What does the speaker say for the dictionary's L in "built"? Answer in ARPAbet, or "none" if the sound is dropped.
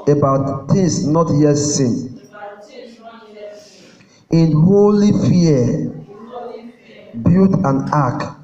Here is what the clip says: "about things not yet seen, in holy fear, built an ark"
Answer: none